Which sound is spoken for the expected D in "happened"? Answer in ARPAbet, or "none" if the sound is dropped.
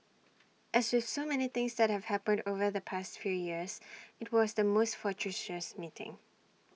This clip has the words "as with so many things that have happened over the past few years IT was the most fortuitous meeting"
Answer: D